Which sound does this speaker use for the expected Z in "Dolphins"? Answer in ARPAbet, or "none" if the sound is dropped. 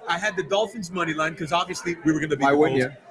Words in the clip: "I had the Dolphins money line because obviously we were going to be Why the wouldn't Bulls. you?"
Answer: Z